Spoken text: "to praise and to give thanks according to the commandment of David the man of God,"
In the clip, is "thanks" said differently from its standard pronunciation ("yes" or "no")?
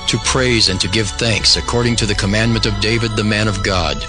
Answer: no